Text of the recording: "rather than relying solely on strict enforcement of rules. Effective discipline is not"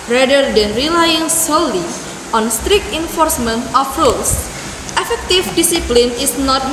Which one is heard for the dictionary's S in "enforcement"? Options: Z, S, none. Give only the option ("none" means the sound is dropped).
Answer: S